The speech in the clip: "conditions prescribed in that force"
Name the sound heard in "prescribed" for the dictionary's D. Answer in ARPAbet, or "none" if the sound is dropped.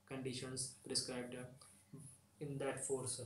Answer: D